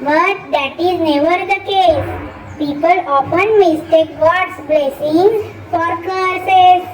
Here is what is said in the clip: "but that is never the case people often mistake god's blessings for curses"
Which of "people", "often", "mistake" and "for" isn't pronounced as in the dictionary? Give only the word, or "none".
often